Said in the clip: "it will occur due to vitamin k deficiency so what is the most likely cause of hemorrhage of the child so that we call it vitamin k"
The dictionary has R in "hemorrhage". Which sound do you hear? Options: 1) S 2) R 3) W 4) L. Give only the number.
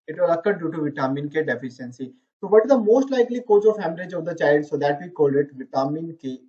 4